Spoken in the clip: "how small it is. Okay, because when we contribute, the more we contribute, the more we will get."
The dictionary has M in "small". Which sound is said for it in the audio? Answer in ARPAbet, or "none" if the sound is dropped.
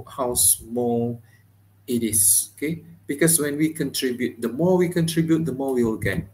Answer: M